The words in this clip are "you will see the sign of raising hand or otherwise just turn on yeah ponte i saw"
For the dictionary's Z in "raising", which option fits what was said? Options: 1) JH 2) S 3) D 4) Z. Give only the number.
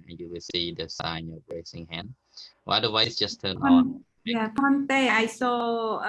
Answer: 2